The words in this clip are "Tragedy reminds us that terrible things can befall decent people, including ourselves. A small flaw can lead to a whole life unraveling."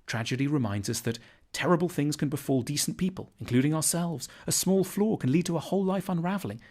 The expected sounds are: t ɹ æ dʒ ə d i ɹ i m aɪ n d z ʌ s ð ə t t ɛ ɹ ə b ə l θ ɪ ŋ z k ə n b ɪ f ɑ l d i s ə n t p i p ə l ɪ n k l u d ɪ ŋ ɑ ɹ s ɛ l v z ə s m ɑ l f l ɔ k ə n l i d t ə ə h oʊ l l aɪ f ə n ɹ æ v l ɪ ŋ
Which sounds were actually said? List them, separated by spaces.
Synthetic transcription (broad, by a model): t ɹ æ dʒ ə d i ɹ i m aɪ n d z ʌ s ð ə t t ɛ ɹ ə b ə l θ ɪ ŋ z k ə n b ɪ f ɑ l d i s n p i p ə l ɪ n k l u d ɪ ŋ ɑ ɹ s ɛ l v z ə s m ɑ l f l ɔ k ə n l i d t ə ə h oʊ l l aɪ f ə n ɹ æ v l ɪ ŋ